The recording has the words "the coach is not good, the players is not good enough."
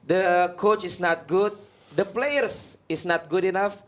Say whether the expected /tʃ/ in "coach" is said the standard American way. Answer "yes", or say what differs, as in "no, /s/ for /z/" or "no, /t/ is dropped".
yes